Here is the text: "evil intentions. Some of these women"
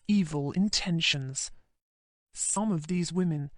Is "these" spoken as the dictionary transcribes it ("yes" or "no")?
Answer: yes